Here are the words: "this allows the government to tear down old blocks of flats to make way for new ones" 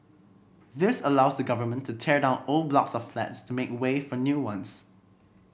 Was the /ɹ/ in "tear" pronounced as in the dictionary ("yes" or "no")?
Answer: yes